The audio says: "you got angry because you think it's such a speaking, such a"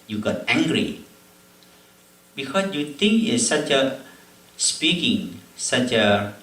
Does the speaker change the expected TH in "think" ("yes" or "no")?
yes